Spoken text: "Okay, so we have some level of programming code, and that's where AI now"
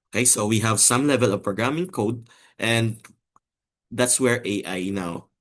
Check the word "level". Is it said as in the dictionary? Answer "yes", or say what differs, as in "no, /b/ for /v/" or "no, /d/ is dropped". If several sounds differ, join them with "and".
yes